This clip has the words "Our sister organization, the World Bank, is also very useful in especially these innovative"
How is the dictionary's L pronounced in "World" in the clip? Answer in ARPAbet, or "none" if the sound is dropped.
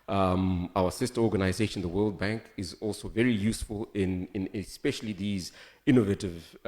L